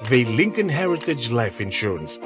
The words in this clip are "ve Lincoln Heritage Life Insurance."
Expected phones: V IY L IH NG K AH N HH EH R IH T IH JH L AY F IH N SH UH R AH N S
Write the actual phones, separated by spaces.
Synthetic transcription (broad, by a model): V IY L IH NG K AH N HH EH R IH T IH JH L AY F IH N SH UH R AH N S